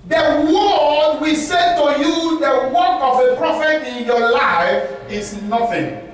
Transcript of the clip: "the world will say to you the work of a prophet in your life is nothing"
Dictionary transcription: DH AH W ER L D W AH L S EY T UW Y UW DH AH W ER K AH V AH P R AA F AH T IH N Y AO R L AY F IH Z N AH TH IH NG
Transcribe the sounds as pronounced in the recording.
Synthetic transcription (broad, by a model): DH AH W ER D W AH S EY T UW Y UW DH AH W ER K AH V AH P R AA F AH T IH N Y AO L AY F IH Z N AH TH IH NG